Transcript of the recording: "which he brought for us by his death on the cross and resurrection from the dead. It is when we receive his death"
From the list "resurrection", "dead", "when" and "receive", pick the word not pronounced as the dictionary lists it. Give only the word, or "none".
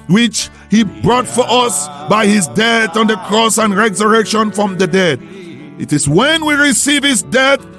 none